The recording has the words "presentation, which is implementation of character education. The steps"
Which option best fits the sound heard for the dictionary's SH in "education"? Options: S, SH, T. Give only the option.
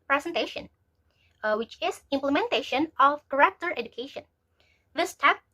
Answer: SH